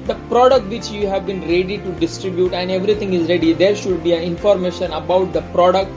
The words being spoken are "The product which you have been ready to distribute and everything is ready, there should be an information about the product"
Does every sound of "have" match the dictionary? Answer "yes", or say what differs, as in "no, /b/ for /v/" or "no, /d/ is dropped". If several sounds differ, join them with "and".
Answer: yes